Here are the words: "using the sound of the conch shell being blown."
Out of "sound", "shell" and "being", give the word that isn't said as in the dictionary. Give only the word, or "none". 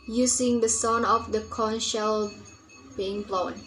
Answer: sound